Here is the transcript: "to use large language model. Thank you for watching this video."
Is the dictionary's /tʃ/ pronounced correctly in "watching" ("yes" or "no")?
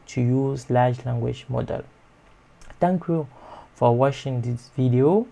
no